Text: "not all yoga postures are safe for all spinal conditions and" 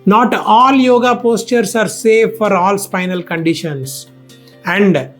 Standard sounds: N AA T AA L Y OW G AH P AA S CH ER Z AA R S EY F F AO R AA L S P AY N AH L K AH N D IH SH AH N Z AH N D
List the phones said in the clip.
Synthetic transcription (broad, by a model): N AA T AA L Y OW G AH P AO S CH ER S AA R S EY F F AO R AA L S P AY N AH L K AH N D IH SH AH N S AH N D